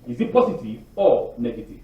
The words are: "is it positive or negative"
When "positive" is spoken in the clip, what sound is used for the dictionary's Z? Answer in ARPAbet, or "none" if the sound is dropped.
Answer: S